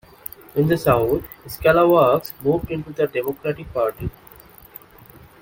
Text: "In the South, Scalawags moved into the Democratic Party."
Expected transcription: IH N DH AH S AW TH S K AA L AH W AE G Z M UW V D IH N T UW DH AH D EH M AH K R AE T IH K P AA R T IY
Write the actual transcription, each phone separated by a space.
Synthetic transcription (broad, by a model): IH N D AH S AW T S K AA L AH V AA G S M UW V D IH N T UW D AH D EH M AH K R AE T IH K P AA R T IY